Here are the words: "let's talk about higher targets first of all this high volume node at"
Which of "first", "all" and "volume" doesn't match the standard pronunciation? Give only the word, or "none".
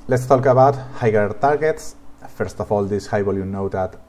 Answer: volume